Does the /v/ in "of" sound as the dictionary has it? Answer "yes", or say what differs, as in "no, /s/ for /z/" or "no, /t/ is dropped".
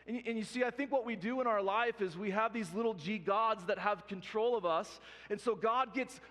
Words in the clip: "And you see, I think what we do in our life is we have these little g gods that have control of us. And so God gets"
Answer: yes